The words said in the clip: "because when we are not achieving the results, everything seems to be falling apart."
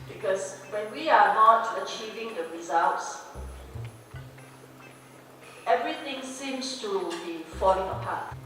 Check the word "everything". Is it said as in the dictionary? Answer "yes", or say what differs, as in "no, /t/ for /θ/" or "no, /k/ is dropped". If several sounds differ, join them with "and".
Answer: no, /t/ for /θ/